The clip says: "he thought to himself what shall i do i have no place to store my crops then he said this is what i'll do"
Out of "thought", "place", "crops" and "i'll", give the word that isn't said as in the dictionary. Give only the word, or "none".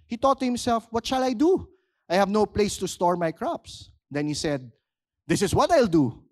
thought